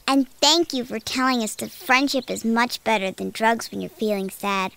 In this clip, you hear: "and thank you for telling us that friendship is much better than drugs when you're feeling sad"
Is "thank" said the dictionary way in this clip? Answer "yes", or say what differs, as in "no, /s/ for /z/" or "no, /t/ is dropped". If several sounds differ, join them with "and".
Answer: yes